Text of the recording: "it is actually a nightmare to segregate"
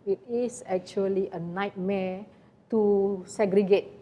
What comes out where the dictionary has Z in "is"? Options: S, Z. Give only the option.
S